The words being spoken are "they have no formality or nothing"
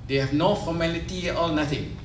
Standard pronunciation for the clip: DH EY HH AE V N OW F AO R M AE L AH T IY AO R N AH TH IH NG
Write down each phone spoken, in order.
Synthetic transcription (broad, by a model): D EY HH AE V N OW F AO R M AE L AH T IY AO L N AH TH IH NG